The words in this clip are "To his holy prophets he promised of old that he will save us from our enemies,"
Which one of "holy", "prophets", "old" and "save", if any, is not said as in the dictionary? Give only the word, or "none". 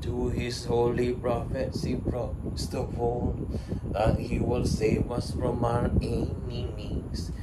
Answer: old